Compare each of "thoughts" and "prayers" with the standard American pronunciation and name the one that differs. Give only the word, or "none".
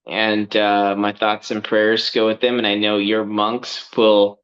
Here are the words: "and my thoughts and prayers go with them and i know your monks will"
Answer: none